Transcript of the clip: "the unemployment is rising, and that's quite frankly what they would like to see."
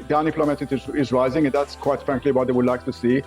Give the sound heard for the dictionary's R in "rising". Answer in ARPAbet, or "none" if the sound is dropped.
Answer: L